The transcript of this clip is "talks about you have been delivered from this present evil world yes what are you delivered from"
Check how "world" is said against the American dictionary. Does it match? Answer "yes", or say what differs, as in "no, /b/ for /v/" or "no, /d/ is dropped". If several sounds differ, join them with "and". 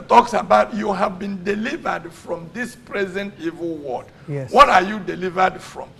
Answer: no, /l/ is dropped